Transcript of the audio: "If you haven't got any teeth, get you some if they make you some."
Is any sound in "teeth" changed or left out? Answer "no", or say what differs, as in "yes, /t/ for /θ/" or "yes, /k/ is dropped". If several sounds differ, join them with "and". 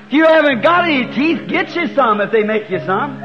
no